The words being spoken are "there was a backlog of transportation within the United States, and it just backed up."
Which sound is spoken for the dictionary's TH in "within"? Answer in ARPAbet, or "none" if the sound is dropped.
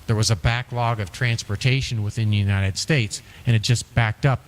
TH